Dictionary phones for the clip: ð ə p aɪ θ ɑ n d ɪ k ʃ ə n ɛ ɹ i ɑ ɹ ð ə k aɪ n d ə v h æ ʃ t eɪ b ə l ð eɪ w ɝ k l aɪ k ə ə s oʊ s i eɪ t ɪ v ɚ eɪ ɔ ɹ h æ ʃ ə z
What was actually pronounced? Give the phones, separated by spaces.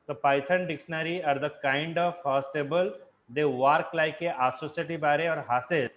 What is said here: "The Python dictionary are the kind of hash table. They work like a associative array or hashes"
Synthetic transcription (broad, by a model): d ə p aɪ t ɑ n d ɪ k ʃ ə n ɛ ɹ i ɑ ɹ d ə k aɪ n d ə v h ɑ s t eɪ b ə l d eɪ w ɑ k l aɪ k ə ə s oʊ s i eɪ t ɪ b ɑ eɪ ɔ ɹ h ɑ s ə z